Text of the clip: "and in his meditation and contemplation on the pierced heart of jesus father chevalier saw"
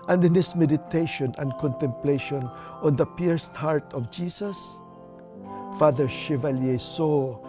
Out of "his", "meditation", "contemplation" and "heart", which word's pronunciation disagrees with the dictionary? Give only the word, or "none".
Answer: his